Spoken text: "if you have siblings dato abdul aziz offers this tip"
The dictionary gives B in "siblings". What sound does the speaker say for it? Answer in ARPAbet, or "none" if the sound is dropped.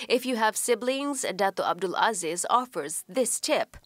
B